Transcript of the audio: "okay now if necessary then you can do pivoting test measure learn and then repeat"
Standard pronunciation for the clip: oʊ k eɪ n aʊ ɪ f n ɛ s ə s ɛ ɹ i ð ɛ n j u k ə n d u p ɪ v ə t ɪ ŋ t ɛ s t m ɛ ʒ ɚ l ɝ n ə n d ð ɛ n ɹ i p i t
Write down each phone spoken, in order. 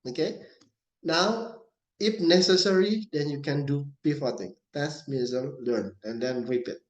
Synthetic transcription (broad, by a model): oʊ k eɪ n aʊ ɪ f n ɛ s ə s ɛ ɹ i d ɛ n j u k ə n d u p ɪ f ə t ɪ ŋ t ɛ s m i z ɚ l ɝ n ə n d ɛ n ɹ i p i t